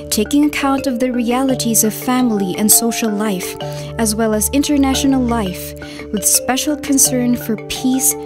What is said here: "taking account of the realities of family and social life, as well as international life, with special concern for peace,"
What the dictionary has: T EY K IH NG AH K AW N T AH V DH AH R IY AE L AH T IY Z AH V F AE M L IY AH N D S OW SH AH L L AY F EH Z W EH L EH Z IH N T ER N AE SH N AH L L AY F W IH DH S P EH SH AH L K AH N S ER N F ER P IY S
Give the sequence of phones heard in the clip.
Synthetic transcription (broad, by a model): T EY K IH NG AH K AW N T AH V DH AH R IY AE L AH T IY Z AH V F AE M L IY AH N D S OW SH L L AY F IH Z W EH L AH Z IH N T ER N AE SH N L L AY F W IH DH S P EH SH L K AH N S ER N F ER P IY S